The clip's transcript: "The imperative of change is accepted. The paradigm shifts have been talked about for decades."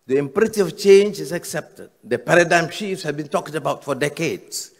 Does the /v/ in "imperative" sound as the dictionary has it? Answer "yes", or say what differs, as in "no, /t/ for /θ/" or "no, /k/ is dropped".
no, /v/ is dropped